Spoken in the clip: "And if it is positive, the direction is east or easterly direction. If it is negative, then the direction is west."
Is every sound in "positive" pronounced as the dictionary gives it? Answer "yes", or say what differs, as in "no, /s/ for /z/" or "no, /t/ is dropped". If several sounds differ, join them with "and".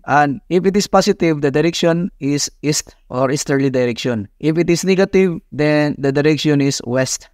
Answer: no, /s/ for /z/